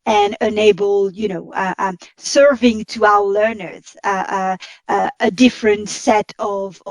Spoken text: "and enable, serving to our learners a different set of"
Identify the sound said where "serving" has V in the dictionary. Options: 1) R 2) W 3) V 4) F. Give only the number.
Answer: 3